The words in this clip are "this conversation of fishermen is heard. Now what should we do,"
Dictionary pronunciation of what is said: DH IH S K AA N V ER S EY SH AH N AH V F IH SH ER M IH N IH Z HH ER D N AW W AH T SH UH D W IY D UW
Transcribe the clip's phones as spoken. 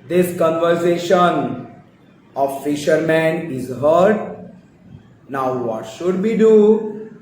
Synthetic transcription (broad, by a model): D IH S K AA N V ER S EY SH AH N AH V F IH SH ER M IH N IH Z HH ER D N AW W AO T SH UH D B IY D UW